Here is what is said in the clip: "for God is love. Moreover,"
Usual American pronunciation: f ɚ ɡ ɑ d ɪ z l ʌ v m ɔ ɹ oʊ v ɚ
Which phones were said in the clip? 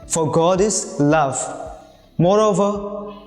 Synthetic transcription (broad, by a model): f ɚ ɡ ɑ d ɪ s l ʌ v m ɔ ɹ oʊ v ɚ